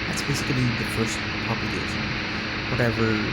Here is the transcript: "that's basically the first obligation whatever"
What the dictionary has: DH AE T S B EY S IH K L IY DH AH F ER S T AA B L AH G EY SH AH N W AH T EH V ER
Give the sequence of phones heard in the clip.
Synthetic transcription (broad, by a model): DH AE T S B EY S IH L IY DH AH F ER S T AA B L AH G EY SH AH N W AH T EH V ER